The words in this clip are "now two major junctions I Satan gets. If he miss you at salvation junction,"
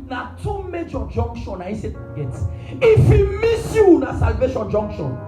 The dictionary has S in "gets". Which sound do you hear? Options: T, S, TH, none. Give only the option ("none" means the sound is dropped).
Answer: none